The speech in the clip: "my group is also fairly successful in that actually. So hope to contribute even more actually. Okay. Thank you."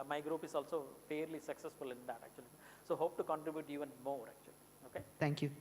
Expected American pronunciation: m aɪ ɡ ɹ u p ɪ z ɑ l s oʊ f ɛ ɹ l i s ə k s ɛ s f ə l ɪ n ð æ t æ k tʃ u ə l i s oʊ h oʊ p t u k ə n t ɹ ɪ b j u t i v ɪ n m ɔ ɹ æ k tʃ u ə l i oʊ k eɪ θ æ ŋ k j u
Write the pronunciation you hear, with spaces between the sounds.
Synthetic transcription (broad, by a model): m aɪ ɡ ɹ u p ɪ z ɑ l s oʊ f ɛ ɹ l i s ə k s ɛ s f ə l ɪ n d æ t æ k tʃ u ə l i s oʊ h oʊ p t u k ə n t ɹ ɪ b j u t i v ɪ n m ɔ ɹ æ k tʃ u ə l i oʊ k eɪ t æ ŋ k j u